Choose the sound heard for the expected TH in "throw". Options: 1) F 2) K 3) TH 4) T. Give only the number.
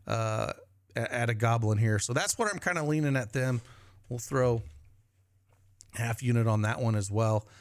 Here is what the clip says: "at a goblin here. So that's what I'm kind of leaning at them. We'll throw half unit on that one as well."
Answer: 3